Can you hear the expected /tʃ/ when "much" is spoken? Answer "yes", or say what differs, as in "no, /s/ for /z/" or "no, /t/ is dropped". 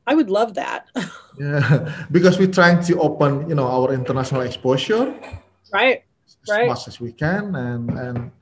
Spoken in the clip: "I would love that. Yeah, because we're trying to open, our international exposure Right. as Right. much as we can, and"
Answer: no, /s/ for /tʃ/